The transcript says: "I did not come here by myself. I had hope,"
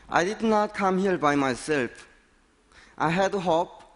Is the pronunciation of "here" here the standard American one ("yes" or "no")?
no